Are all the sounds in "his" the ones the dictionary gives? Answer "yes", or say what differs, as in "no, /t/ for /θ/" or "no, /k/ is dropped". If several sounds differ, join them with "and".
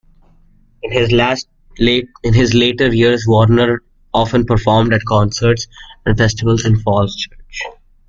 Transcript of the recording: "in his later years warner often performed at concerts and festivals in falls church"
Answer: yes